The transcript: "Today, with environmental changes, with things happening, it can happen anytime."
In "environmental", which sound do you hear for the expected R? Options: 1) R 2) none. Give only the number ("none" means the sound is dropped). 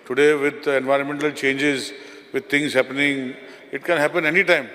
1